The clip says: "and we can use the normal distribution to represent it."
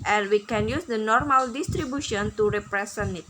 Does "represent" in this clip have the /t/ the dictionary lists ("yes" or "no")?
no